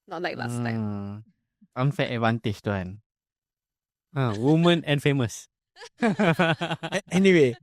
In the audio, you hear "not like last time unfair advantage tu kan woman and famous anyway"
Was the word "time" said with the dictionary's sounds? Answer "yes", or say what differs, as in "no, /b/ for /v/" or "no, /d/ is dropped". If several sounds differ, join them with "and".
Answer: no, /m/ is dropped